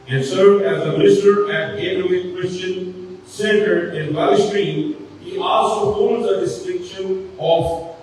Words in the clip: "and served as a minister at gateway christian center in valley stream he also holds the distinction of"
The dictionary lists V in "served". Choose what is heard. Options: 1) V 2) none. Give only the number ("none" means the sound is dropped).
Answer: 2